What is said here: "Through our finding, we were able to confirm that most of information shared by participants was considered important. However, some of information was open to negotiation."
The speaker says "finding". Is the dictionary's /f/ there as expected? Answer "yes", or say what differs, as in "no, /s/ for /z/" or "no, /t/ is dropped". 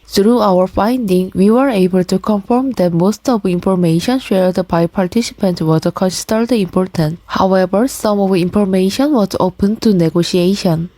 yes